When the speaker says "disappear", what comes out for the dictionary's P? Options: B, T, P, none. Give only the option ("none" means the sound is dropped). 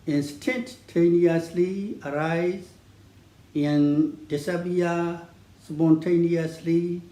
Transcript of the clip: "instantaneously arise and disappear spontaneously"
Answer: B